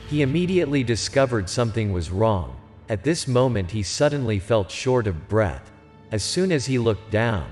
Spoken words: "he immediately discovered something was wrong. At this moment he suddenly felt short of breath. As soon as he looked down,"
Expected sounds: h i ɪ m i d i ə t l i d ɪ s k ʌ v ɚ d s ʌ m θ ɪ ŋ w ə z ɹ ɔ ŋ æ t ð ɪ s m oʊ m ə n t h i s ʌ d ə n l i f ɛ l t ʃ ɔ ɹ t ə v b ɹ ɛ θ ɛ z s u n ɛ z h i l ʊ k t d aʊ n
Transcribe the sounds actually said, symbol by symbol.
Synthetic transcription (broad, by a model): h i ɪ m i d i ə t l i d ɪ s k ʌ v ɚ d s ʌ m θ ɪ ŋ w ə z ɹ ɔ ŋ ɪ t ð ɪ s m oʊ m ə n t h i s ʌ d n l i f ɛ l t ʃ ɔ ɹ t ə v b ɹ ɛ θ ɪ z s u n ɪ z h i l ʊ k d aʊ n